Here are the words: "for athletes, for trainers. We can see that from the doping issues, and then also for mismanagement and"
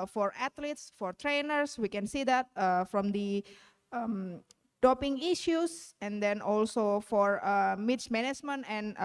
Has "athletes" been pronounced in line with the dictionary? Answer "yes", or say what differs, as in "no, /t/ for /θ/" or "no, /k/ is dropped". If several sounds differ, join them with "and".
no, /t/ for /θ/